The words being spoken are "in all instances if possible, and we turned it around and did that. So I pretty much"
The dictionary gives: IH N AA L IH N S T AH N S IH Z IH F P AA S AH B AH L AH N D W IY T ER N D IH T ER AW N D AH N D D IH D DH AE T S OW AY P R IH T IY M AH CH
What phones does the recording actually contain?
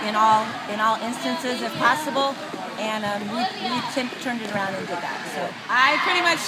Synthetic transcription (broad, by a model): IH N AA L IH N S T AH N S IH Z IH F P AA S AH B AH N AH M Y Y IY T ER N D IH T ER AW N D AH N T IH DH AE T S OW AY P R IH T IY M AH CH